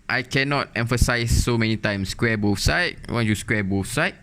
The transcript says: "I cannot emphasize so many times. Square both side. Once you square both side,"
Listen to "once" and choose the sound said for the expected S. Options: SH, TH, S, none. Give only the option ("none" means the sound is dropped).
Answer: none